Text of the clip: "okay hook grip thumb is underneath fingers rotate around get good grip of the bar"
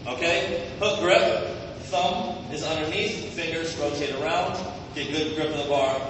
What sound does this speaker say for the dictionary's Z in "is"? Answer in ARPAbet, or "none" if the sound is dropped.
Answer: Z